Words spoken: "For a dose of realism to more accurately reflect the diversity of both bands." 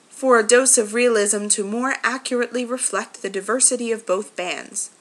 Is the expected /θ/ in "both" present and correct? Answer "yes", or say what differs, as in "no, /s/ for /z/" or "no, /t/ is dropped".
yes